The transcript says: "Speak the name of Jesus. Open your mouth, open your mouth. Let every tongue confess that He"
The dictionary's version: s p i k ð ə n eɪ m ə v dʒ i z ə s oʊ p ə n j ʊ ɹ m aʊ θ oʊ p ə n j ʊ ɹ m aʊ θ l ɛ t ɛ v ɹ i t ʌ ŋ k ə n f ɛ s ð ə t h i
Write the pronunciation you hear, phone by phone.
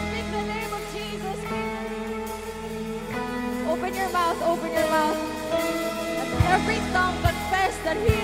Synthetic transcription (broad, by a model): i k ð ə n eɪ m ə v dʒ i z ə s oʊ p ə n j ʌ ɹ m aʊ θ oʊ p ə n j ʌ ɹ m aʊ θ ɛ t ɛ v ɹ i s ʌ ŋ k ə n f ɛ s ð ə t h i